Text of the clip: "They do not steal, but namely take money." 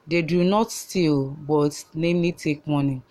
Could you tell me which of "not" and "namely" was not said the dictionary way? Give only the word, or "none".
namely